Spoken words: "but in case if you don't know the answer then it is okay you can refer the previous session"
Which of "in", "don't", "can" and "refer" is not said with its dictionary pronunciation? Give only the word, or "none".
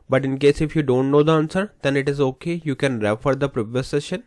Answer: none